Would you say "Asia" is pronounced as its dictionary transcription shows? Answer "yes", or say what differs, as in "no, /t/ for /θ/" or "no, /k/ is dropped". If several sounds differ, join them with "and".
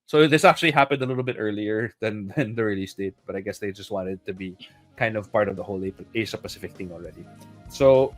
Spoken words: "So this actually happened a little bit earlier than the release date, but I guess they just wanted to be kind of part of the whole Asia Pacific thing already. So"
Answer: no, /s/ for /ʒ/